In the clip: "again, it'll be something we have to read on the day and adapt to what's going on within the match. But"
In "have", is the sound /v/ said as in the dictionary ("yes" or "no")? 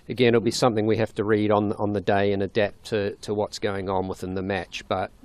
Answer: no